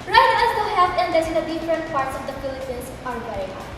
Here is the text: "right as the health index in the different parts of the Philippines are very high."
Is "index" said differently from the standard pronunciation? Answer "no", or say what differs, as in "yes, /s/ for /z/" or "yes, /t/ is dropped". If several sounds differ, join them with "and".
yes, /k/ is dropped